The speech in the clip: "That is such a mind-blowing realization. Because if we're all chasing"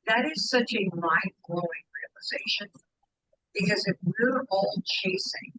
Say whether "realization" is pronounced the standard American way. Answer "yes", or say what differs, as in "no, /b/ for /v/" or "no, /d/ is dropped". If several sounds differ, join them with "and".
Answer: yes